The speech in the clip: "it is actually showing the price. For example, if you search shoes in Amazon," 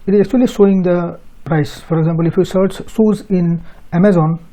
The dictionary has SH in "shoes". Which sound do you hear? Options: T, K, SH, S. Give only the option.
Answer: S